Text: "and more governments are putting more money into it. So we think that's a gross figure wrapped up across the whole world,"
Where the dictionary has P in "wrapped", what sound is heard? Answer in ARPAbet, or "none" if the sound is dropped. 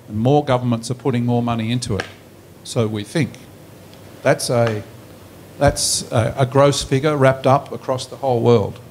P